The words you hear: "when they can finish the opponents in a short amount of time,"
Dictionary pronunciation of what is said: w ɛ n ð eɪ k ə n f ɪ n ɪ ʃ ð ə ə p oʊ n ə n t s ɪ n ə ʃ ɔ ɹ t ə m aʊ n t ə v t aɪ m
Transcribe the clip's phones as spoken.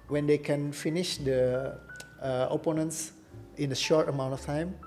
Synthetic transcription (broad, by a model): w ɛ n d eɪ k ə n f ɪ n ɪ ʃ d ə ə p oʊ n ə n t s ɪ n ə ʃ ɔ ɹ t ə m aʊ n t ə f t aɪ m